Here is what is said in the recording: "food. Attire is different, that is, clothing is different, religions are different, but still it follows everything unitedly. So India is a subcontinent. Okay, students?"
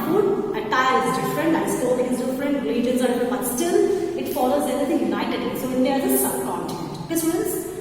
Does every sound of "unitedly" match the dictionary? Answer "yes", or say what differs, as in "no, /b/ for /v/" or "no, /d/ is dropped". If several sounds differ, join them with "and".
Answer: no, /l/ is dropped